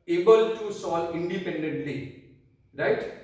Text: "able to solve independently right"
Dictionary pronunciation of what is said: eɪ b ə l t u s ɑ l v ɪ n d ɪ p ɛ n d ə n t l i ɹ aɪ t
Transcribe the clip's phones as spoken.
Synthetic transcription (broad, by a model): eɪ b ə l t u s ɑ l ɪ n d ɪ p ɛ n d ə n t l i ɹ aɪ t